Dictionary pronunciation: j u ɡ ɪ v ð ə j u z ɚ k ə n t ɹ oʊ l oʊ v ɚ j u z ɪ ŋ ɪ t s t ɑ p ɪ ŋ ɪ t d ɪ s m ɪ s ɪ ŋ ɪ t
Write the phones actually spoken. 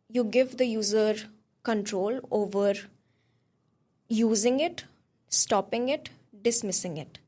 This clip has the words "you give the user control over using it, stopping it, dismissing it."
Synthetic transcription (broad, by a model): j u ɡ ɪ v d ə j u z ɚ k ə n t ɹ oʊ l oʊ v ɚ j u z ɪ ŋ ɪ t s t ɑ p ɪ ŋ ɪ t d ɪ s m ɪ s ɪ ŋ ɪ t